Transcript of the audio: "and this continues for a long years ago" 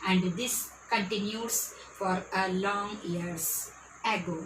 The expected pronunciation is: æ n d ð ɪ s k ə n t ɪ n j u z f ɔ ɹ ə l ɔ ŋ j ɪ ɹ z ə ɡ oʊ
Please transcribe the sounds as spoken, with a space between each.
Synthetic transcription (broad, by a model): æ n d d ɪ s k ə n t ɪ n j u s f ɔ ɹ ə l ɔ ŋ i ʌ ɹ s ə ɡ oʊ